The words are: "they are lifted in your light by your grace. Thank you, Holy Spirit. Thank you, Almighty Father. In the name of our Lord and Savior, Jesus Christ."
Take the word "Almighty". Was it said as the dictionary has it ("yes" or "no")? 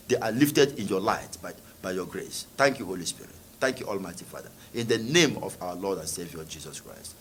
yes